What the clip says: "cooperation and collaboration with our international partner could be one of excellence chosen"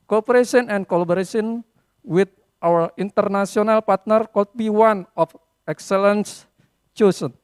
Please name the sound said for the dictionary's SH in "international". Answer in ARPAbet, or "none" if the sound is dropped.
S